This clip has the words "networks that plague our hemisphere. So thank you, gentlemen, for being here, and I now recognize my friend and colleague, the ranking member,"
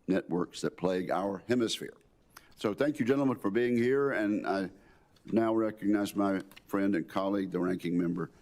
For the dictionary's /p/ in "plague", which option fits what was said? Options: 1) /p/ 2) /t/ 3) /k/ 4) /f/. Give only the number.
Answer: 1